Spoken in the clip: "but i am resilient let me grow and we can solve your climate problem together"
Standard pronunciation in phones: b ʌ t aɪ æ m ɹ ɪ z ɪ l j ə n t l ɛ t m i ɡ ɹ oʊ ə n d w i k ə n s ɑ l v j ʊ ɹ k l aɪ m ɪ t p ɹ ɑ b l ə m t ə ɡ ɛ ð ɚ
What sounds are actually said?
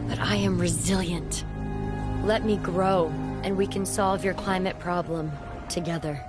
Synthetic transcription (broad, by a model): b ʌ t aɪ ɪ m ɹ ɪ z ɪ l j ə n t l ɛ t m i ɡ ɹ oʊ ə n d w i k ə n s ɑ l v j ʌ ɹ k l aɪ m ɪ t p ɹ ɑ b l ə m t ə ɡ ɛ ð ɚ